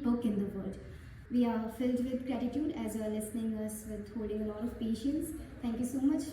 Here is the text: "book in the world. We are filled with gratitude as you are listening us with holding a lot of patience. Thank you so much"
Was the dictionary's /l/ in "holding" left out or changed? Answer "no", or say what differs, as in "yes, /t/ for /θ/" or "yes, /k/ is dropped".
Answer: yes, /l/ is dropped